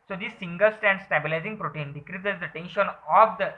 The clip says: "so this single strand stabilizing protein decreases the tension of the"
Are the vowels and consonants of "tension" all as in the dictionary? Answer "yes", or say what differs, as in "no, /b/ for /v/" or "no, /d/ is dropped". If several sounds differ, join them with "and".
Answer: yes